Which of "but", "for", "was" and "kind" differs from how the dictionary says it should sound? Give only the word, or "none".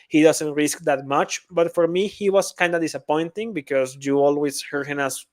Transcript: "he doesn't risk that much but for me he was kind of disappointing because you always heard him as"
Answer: was